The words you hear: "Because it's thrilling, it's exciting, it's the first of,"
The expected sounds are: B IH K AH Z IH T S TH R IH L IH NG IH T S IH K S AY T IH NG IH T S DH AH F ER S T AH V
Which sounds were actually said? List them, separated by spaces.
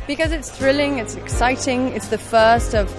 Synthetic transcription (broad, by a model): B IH K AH Z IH T S TH R IH L IH NG IH T S IH K S AY T IH NG IH T S DH AH F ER S T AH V